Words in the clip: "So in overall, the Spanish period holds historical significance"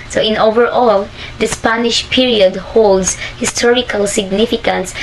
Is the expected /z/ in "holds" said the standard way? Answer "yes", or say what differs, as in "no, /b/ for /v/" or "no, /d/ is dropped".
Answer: no, /s/ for /z/